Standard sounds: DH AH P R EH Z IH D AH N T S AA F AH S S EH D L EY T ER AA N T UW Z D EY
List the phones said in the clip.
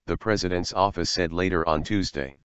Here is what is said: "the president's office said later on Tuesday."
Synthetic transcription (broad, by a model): DH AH P R EH Z IH D AH N T S AA F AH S S EH D L EY T ER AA N T UW Z D EY